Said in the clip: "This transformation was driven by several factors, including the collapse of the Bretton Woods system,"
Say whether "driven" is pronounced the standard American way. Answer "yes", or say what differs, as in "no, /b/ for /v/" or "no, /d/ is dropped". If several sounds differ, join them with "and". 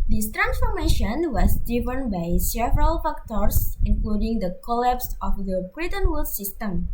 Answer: no, /ɹ/ is dropped